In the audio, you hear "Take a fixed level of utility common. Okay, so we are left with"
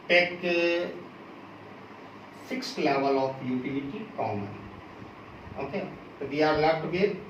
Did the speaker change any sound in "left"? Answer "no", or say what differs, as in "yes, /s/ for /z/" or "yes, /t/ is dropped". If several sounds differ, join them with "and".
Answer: yes, /f/ is dropped